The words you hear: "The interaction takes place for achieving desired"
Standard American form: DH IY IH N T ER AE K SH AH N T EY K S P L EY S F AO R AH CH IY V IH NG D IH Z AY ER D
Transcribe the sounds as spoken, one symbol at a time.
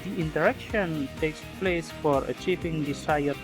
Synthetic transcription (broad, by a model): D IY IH N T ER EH K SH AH N T EY K S P L EY S F AO R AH CH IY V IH NG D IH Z AY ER